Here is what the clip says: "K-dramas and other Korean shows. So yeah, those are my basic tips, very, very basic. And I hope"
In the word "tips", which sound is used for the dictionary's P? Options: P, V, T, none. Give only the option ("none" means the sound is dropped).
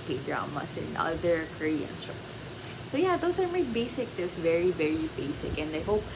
none